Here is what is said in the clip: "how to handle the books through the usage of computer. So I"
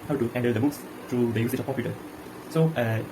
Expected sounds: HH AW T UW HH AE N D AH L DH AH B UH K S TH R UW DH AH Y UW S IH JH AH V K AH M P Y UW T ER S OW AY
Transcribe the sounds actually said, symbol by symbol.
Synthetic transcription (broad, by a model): HH AW T UW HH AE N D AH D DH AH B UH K S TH R UW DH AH Y UW S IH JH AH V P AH P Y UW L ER S OW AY